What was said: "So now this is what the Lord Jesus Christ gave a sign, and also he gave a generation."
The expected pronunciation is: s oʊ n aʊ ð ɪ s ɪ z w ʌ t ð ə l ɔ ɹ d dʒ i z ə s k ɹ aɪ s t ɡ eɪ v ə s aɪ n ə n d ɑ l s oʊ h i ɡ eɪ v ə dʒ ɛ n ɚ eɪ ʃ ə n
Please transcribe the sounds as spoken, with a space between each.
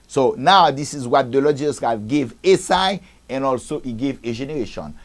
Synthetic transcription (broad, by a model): s oʊ n aʊ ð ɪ s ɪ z w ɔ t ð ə l ɔ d dʒ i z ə s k ɹ aɪ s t ɡ eɪ v ə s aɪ ə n ɑ l s oʊ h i ɡ eɪ v ə dʒ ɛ n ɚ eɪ ʃ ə n